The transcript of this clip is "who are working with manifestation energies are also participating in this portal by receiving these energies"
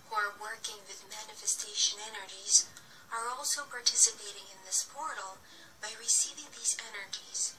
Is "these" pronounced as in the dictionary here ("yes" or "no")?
yes